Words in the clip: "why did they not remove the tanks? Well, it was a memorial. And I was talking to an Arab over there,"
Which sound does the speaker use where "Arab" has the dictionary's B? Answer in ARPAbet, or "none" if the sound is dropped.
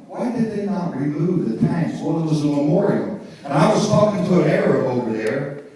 none